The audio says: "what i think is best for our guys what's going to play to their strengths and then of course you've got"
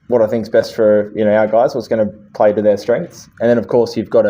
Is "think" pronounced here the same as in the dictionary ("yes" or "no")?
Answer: yes